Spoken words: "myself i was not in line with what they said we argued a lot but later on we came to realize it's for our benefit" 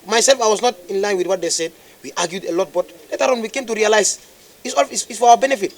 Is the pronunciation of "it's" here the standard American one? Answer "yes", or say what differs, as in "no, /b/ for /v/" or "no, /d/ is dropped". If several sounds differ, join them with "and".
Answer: no, /s/ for /t/